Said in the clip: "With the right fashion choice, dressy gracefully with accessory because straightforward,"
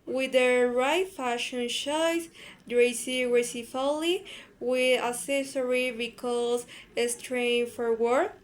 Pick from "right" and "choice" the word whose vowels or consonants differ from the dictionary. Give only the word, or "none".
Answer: choice